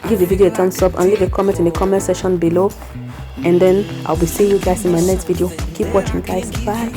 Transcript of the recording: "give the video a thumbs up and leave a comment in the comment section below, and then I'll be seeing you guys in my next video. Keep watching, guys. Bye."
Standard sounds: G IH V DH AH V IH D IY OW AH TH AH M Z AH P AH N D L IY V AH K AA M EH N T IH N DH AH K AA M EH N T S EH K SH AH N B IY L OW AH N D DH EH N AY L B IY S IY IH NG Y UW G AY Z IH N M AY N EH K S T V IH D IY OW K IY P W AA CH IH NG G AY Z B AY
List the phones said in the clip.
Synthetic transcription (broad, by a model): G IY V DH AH V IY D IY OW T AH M S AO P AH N L IY V AH K AA M EH N T IH N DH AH K AA M EH N T S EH SH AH N B IY L OW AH N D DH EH N AY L B IY S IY Y UW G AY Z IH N M AY N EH K S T V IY D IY OW K IY P W AA CH IH NG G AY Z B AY